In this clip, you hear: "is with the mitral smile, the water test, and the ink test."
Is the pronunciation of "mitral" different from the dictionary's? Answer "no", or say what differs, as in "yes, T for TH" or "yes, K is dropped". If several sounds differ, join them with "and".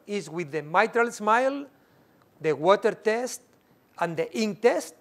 no